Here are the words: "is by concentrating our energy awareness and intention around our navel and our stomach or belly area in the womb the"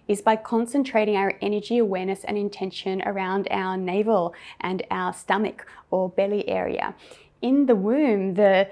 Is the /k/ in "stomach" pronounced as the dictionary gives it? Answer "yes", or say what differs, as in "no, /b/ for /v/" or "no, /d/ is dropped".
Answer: yes